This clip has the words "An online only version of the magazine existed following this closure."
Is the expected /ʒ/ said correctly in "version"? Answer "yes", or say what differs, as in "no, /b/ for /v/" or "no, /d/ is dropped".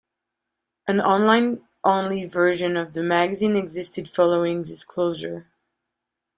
yes